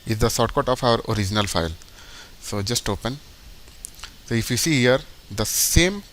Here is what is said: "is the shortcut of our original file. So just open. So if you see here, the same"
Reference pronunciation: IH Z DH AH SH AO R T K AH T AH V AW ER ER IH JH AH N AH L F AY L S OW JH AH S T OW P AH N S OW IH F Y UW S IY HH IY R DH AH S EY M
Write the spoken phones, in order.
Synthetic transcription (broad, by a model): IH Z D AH S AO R T K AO T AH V AW ER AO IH JH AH N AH L F AY L S OW JH AH S T OW P AH N S OW IH F Y UW S IY HH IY R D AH S EY M